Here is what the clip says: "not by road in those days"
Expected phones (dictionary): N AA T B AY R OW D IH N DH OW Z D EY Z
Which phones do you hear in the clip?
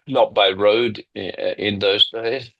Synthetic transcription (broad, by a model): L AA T B AY R OW D IH N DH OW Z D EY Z